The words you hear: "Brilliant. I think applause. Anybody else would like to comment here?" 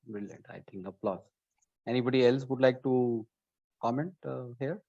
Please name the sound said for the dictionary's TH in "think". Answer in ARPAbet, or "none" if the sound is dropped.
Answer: T